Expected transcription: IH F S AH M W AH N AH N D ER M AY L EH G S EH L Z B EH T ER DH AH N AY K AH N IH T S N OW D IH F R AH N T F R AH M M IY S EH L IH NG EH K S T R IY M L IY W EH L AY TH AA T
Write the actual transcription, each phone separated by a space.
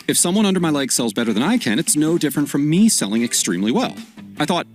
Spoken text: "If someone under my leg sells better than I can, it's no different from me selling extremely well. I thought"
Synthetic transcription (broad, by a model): IH F S AH M W AH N AH N D ER M AY L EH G S EH L Z B EH T ER DH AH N AY K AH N IH T S N OW D IH F R AH N T F R AH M M IY S EH L IH NG EH K S T R IY M L IY W EH L AY TH AA T